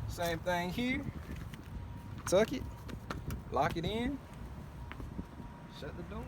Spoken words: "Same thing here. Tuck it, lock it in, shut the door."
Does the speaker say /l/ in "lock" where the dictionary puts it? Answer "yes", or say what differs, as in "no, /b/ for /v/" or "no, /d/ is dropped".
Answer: yes